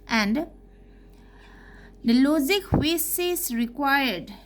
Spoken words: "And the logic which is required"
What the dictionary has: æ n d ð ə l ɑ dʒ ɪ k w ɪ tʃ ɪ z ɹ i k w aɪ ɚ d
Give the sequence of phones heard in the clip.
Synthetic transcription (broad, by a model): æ n d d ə l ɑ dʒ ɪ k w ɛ s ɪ s ɹ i k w aɪ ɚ d